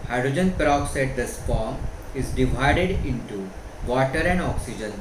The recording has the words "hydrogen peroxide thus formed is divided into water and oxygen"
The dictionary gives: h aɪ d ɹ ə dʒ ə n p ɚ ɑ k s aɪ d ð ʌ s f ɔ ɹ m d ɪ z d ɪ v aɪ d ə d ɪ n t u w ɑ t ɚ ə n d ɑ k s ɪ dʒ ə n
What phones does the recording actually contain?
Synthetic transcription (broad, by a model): h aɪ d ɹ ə dʒ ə n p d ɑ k s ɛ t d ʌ s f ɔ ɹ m ɪ z d ɪ v aɪ d ə d ɪ n t u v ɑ t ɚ ə n d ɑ k s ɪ dʒ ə n